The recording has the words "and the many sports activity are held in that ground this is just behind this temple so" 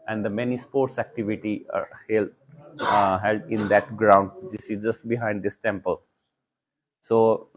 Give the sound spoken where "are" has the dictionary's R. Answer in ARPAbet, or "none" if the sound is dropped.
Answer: L